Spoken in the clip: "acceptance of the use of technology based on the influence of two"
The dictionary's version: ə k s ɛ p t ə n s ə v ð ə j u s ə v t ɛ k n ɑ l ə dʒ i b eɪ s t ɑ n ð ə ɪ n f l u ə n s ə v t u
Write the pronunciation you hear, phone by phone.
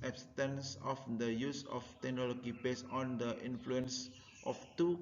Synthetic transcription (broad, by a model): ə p s t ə n s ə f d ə j u s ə f t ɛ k n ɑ l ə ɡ i b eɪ s ɑ n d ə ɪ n f l u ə n s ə f t u